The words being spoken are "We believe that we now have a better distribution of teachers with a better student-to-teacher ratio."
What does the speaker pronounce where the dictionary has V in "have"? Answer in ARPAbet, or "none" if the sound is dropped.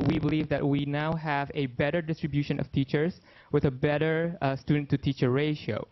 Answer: V